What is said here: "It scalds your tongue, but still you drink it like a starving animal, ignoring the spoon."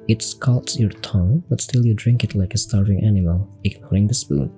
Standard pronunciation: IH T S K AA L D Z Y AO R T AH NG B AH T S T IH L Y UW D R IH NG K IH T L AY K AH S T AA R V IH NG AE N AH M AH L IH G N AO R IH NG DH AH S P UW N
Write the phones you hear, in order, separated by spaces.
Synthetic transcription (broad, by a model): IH T S K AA L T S Y AO R T AH NG B AH T S T IH L Y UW D R IH NG K IH T L AY K AH S T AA R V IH NG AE N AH M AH L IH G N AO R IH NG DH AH S P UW N